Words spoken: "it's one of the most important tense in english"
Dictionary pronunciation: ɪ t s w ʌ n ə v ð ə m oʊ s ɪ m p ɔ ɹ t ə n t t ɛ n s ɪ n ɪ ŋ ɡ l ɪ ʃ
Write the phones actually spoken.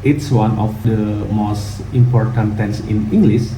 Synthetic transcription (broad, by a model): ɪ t s w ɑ n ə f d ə m oʊ s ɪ m p ɔ ɹ t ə n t t ɛ n s ɪ n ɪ ŋ ɡ l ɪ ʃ